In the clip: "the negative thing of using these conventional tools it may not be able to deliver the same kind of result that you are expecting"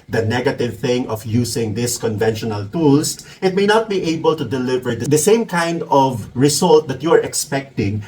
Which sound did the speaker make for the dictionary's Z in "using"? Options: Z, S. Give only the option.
S